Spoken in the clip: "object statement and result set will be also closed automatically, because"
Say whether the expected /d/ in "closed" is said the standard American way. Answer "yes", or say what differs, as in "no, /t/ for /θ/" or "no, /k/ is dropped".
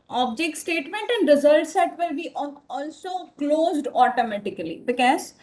yes